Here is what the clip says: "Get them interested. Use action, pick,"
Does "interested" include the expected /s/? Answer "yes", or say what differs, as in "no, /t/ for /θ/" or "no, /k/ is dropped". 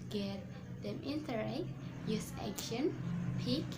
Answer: no, /s/ is dropped